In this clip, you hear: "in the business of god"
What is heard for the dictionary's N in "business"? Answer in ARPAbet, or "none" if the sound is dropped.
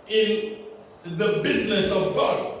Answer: N